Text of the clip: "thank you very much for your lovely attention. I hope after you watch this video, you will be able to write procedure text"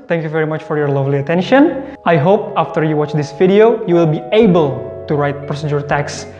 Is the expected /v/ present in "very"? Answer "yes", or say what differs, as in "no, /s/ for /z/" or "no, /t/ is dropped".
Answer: yes